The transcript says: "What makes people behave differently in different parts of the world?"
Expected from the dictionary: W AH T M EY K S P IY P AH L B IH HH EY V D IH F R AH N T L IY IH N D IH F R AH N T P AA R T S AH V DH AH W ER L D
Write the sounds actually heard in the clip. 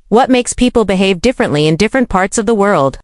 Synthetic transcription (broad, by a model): W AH T M EY K S P IY P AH L B IH HH EY V D IH F R AH N T L IY IH N D IH F R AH N P AA R T S AH V DH AH W ER L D